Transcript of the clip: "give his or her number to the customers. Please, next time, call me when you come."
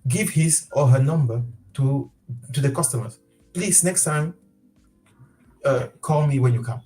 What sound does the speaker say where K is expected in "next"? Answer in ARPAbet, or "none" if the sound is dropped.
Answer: K